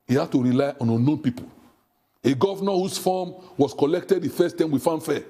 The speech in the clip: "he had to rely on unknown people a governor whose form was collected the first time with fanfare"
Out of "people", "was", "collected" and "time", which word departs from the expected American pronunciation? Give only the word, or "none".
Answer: was